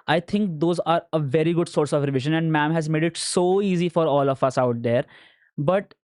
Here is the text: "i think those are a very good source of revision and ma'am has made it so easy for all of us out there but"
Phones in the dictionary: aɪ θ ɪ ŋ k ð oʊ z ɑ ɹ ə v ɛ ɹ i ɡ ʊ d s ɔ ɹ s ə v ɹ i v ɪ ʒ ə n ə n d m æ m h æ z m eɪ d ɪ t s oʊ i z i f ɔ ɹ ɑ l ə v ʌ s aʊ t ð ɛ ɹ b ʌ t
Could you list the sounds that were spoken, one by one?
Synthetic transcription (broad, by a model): aɪ t ɪ ŋ k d oʊ z ɑ ɹ ə v ɛ ɹ i ɡ ʊ d s ɔ ɹ s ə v ɹ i v ɪ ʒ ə n ə n d m æ m h æ z m eɪ d ɪ t s oʊ i z i f ɔ ɹ ɑ l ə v ʌ s aʊ t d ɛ ɹ b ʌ t